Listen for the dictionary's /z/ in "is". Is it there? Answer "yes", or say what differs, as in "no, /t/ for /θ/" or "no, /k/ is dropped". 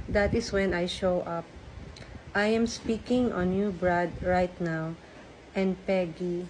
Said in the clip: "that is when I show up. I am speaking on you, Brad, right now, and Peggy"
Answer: no, /s/ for /z/